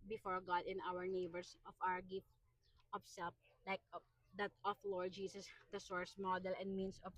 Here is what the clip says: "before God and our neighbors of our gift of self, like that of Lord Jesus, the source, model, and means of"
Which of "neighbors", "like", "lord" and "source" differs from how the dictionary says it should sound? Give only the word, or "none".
neighbors